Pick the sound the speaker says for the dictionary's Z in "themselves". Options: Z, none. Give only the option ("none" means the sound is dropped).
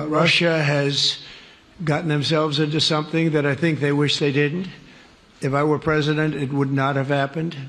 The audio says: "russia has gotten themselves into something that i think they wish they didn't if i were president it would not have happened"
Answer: Z